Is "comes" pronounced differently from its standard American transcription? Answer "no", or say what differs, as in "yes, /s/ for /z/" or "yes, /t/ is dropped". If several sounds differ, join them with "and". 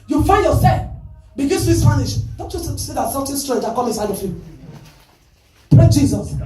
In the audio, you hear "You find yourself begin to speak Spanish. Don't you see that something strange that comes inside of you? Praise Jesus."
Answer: yes, /z/ is dropped